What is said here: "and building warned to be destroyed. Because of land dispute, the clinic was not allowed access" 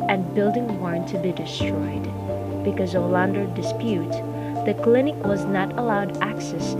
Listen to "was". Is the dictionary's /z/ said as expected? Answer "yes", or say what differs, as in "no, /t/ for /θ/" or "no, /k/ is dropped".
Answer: yes